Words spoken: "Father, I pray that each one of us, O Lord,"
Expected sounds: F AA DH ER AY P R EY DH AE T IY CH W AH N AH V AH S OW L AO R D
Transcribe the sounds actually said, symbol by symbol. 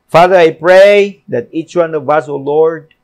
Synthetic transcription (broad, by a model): F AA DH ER AY P R EY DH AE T IY CH W AH N AH V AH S OW L AO R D